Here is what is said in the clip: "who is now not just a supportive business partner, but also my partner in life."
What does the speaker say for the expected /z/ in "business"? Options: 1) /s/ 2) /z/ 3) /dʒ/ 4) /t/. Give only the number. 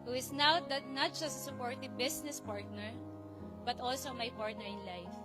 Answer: 1